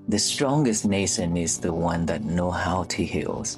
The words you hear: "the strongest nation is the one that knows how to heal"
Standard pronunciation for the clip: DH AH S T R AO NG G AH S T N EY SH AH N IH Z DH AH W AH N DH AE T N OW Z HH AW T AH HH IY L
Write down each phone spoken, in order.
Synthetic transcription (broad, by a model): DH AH S T R AO NG G AH S T N EY SH AH N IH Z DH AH W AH N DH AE T N OW HH AW T AH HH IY L